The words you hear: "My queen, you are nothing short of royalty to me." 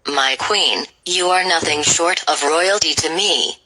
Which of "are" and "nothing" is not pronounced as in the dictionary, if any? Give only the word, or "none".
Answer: none